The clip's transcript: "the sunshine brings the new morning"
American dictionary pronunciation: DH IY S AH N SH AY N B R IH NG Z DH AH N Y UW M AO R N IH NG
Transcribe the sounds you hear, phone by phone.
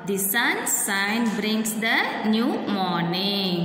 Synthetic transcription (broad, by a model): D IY S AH N S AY N B R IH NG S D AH N Y UW M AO R N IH NG